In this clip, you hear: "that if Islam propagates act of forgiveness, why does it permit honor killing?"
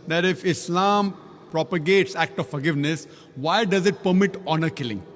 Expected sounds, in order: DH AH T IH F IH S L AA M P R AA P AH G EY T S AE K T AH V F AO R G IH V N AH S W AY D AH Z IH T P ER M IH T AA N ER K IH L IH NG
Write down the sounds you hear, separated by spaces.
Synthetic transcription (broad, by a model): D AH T IH F IH S L AA M P R AA P AH G EY T S AE K T AH V F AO R G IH V N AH S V AY D AH Z IH T P ER M IH T AA N ER K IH L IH NG